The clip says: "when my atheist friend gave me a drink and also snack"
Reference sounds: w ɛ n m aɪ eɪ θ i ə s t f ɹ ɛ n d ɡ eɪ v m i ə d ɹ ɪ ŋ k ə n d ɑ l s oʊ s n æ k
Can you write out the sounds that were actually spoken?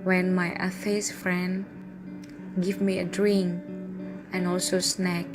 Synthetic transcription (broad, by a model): w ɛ n m aɪ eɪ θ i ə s f ɹ ɛ n d ɡ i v m i ə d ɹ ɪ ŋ ə n ɑ l s oʊ s n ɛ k